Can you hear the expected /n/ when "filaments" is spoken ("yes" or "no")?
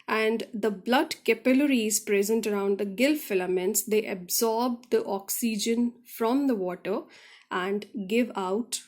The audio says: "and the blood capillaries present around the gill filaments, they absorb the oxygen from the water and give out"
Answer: yes